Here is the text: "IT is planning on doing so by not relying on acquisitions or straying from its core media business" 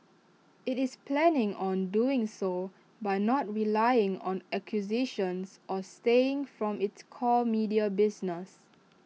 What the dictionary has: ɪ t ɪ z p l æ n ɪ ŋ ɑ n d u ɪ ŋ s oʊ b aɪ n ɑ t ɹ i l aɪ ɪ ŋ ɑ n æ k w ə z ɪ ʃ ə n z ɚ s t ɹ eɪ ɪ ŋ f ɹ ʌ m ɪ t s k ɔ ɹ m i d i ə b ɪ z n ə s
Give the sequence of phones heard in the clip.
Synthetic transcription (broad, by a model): ɪ t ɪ s p l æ n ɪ ŋ ɑ n d u ɪ ŋ s oʊ b aɪ n ɑ t ɹ i l aɪ ɪ ŋ ɑ n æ k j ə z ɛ ʃ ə n s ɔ s t eɪ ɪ ŋ f ɹ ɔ m ɪ t s k ɔ l m i d i ə b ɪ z n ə s